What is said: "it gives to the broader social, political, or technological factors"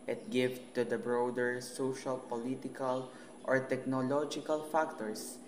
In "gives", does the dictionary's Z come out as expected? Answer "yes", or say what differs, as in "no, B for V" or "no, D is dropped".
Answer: no, Z is dropped